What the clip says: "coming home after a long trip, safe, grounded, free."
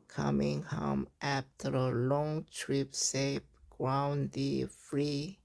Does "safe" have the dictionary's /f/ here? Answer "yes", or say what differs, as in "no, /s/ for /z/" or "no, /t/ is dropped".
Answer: no, /p/ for /f/